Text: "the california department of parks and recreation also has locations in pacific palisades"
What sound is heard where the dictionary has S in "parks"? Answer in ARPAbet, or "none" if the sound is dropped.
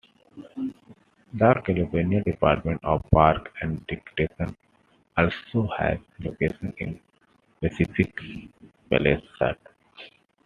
none